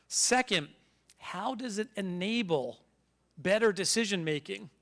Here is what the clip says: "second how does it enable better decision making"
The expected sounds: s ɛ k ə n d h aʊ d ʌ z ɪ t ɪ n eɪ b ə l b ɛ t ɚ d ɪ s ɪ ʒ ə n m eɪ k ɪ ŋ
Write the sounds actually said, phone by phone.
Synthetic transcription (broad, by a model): s ɛ k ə n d h aʊ d ʌ z ɪ t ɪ n eɪ b l b ɛ t ɚ d ɪ s ɪ ʒ ə n m eɪ k ɪ ŋ